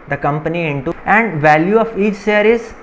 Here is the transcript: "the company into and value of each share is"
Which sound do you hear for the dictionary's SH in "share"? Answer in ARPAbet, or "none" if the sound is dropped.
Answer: S